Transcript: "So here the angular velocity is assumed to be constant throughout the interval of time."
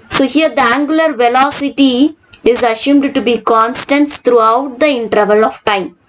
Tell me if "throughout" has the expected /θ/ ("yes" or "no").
no